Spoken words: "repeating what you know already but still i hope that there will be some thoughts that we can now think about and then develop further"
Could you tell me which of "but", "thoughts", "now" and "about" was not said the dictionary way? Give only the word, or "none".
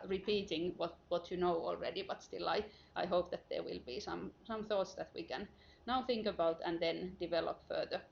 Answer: none